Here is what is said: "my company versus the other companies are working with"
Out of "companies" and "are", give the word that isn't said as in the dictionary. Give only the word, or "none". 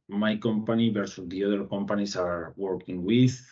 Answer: companies